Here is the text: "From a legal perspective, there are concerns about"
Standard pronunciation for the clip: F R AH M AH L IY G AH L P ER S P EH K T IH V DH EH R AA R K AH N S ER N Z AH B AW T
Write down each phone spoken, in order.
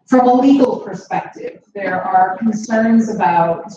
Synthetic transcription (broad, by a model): F R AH M AH L IY G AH L P ER S P EH K T IH V DH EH R AA R K AH N S ER N Z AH B AW T